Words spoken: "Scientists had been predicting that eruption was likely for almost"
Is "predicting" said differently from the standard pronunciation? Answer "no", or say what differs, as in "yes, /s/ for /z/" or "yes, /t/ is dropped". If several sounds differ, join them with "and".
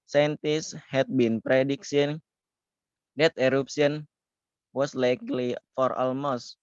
yes, /s/ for /t/